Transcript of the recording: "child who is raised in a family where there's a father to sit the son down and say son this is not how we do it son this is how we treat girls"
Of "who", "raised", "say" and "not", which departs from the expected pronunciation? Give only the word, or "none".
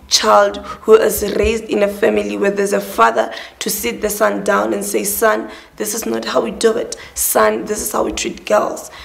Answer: none